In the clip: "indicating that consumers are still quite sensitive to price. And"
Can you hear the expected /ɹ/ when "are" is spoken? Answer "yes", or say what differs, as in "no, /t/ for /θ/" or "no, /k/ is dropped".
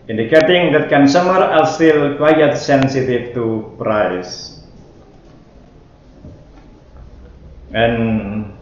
no, /l/ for /ɹ/